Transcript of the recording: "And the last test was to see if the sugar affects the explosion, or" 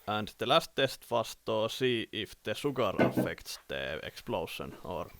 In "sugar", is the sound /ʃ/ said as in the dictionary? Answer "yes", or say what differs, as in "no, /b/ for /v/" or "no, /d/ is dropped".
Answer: no, /s/ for /ʃ/